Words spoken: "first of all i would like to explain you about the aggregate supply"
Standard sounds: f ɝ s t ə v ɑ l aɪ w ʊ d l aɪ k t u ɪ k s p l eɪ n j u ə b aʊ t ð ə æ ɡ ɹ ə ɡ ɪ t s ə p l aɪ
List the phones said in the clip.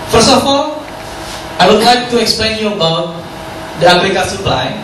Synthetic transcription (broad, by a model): f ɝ s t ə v ɑ l aɪ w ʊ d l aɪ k t u ɪ k s p l eɪ n j u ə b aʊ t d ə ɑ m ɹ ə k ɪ s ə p l aɪ